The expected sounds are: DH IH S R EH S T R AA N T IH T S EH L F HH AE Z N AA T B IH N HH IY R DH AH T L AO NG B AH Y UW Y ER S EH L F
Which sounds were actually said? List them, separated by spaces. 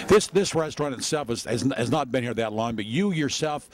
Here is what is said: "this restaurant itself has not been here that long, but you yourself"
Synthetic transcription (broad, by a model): DH IH S R EH S T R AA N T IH T S EH L F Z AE Z N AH T B IH N HH IY R DH AH T L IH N B AH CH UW Y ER S EH L F